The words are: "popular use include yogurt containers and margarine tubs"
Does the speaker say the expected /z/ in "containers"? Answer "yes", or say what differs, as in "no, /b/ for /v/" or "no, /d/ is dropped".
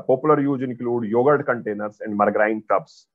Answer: no, /s/ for /z/